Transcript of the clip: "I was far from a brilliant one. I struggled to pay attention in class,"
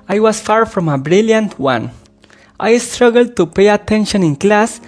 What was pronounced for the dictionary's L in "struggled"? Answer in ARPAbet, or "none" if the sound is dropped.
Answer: L